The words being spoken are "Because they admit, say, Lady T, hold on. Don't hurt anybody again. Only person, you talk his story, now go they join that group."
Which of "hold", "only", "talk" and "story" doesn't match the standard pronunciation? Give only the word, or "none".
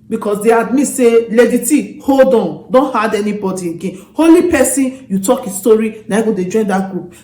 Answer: only